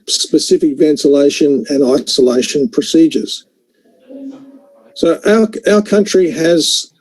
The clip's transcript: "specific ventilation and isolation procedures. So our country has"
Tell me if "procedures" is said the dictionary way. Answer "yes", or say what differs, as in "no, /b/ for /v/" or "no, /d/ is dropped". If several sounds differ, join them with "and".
yes